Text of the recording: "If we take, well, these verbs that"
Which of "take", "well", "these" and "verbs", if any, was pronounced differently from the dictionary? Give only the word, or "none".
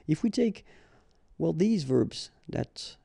none